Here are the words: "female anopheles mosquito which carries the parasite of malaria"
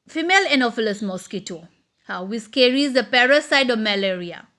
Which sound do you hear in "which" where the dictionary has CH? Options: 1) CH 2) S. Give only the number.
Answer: 2